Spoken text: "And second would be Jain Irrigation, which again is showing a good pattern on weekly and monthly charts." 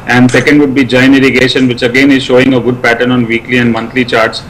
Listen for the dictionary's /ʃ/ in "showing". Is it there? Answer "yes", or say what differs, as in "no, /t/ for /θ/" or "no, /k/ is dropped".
yes